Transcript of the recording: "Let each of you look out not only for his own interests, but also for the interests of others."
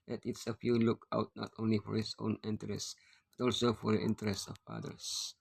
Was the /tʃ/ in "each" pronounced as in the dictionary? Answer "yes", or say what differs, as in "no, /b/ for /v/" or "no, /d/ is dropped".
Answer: no, /s/ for /tʃ/